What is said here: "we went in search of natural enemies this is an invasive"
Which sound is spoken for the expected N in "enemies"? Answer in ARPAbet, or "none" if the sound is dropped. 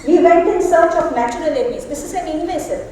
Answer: L